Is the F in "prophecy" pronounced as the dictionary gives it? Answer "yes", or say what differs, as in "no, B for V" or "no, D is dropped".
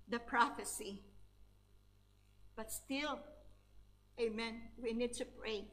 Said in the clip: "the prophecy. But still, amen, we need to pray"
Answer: yes